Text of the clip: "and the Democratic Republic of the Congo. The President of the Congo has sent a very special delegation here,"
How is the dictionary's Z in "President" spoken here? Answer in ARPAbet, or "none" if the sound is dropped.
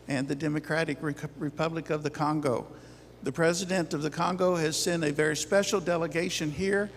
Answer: Z